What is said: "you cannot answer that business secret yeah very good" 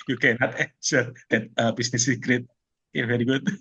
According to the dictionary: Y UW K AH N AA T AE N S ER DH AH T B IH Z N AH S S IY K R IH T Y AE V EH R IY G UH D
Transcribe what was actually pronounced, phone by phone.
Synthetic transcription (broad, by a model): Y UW K AH N AA T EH S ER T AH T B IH S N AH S S IY K R IH T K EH V EH R IY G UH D